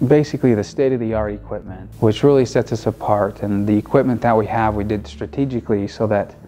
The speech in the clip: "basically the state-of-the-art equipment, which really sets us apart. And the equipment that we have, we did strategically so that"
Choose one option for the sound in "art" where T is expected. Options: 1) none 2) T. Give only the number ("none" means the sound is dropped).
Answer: 1